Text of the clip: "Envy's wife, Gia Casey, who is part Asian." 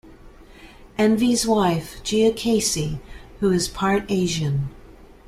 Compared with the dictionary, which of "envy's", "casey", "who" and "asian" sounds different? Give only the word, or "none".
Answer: none